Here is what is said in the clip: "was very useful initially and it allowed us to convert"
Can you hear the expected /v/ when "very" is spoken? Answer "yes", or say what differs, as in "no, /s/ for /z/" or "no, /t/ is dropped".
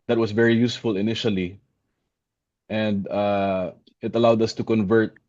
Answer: yes